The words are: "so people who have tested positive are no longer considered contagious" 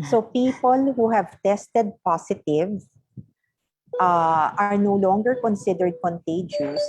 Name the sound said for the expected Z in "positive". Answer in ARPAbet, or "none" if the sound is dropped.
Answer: S